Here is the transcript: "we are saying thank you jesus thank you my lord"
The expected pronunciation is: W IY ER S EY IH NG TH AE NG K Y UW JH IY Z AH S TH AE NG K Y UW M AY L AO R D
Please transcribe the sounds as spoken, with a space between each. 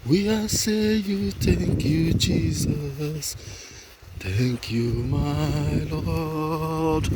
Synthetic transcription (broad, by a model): W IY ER S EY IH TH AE NG K Y UW JH IY Z AH S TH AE NG K Y UW M AY L AO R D